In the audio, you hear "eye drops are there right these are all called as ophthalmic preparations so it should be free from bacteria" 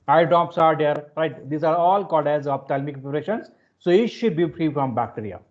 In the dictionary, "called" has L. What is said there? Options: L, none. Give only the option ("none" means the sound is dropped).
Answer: none